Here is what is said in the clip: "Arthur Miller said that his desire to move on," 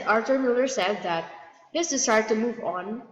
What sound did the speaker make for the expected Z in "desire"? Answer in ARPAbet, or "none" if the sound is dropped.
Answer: S